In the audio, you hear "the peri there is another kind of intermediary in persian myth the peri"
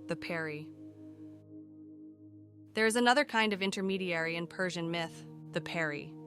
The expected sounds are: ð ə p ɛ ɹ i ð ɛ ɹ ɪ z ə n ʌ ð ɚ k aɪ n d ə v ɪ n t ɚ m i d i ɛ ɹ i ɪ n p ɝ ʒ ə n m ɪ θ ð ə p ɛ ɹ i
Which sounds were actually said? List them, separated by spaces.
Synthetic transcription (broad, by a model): ð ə p ɛ ɹ i ð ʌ ɹ ɪ z ə n ʌ ð ɚ k aɪ n d ə v ɪ n t ɚ m i d i ɛ ɹ i ɪ n p ɝ ʒ ə n m ɪ θ ð ə p ɛ ɹ i